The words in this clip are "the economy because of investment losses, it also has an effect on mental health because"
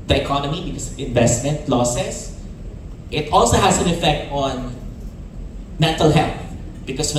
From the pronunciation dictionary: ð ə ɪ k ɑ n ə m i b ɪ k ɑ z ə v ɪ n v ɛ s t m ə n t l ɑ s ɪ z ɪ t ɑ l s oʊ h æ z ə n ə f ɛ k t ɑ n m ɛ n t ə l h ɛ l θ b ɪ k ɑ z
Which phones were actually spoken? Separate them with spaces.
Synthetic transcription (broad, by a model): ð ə ɪ k ɑ n ə m i b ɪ k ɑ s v ɪ n v ɛ s t m ə n t l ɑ s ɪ s ɪ t ɑ l s oʊ h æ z ə n ə f ɛ k t ɑ n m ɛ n t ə l h ɛ l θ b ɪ k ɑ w